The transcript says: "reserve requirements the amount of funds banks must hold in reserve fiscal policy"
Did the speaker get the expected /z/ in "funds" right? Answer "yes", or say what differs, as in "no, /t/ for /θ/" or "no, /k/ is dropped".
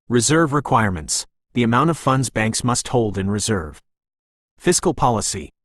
yes